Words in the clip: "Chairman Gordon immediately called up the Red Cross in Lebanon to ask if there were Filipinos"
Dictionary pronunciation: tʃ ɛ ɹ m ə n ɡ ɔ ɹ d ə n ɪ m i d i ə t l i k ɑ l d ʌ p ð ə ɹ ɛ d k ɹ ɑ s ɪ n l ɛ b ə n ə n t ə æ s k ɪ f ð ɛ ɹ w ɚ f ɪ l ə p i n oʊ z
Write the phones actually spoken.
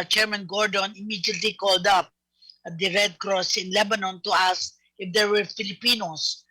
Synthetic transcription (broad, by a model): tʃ ɛ ɹ m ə n ɡ ɔ ɹ d ə n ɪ m i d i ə t l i k ɑ l d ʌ p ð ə ɹ ɛ d k ɹ ɑ s ɪ n l ɛ b ə n ə n t ə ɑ s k ɪ f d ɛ ɹ w ɚ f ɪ l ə p i n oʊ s